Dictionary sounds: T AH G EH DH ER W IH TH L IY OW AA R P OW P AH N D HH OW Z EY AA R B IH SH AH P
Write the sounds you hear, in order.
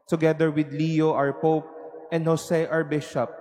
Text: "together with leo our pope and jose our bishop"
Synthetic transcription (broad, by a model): T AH G EH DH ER W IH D L IY OW AA R P OW P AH N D HH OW S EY AA R B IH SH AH P